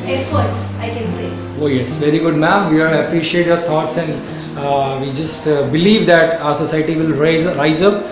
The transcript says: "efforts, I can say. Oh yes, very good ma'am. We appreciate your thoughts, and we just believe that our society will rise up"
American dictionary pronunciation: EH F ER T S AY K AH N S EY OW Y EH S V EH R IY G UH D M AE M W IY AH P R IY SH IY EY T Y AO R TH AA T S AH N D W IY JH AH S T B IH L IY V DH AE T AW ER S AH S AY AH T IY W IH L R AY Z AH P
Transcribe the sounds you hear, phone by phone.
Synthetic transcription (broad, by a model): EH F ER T S AY K AH N S EY OW Y EH S V EH R IY G UH D M AE M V IY AH P R IY SH IY EY T Y AO R T AA T S AH N D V IY JH AH S T B IH L IY V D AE T AW ER S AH S AY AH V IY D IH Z R AY Z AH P